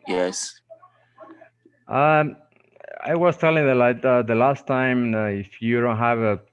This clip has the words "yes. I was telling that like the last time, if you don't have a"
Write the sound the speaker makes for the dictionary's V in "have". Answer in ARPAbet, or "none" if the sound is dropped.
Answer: V